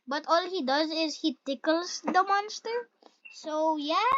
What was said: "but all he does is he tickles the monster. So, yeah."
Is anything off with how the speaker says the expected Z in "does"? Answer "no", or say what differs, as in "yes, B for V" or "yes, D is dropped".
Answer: no